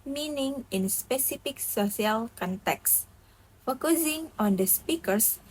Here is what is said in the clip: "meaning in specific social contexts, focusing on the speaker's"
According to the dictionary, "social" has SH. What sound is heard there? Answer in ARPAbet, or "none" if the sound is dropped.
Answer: S